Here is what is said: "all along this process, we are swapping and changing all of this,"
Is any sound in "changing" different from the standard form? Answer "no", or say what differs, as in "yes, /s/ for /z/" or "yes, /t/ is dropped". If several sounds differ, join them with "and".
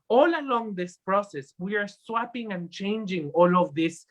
no